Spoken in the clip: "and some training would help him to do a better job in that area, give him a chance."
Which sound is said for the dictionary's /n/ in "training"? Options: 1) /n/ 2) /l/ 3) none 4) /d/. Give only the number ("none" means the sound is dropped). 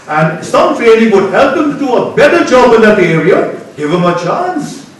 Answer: 2